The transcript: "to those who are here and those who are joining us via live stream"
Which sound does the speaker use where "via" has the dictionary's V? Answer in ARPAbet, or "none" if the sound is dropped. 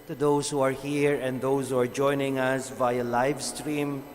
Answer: V